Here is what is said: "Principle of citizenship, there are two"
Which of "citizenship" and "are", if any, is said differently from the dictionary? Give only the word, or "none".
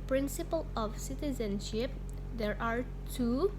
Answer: none